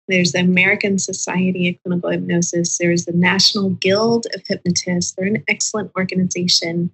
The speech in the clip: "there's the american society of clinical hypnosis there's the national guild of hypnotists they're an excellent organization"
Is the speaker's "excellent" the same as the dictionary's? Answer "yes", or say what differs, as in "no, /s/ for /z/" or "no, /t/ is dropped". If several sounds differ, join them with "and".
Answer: yes